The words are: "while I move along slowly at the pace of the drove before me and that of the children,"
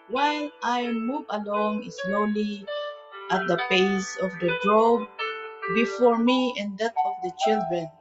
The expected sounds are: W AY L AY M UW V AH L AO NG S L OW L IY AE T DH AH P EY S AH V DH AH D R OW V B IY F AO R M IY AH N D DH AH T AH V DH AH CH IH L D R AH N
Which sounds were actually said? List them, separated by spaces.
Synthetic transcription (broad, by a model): W AY L AY M UW V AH L AO NG S L OW L IY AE T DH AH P EY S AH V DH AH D R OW B B IY F AO R M IY AH N D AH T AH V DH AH CH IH L D R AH N